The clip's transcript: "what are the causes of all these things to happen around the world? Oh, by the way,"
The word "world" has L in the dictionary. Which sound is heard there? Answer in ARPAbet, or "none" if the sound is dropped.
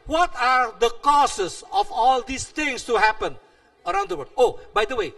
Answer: none